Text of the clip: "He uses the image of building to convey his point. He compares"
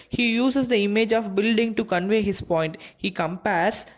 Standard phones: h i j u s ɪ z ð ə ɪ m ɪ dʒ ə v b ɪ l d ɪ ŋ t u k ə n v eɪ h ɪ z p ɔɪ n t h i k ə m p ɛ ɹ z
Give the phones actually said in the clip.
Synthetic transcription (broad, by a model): h i j u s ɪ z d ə ɪ m ɪ dʒ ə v b ɪ l d ɪ ŋ t u k ə n v eɪ h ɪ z p ɔɪ n t h i k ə m p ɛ ɹ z